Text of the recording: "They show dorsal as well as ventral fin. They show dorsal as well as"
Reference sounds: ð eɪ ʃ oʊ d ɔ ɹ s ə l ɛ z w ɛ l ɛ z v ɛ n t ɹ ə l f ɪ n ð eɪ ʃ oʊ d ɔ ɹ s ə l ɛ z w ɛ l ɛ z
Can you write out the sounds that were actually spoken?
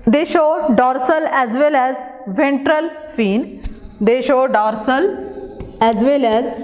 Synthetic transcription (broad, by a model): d eɪ ʃ oʊ d ɔ ɹ s ə l ɛ z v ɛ l ɛ z v ɛ n t ɹ ə l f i n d eɪ ʃ oʊ d ɔ ɹ s ə l ɛ z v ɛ l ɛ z